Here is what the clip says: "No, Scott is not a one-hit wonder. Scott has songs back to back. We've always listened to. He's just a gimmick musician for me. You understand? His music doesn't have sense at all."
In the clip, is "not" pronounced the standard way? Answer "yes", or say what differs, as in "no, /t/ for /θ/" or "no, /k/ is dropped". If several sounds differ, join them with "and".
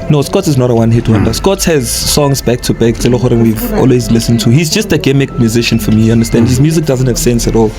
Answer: yes